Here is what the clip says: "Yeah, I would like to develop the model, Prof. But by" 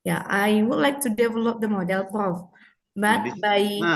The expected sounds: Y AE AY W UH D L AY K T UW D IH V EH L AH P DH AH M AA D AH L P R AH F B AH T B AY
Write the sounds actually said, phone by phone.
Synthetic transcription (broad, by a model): Y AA AY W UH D L AY K T UW D IH V EH L AH P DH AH M AA D AH L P AH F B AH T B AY